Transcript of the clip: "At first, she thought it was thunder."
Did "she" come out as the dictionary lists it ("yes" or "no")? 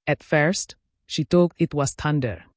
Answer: yes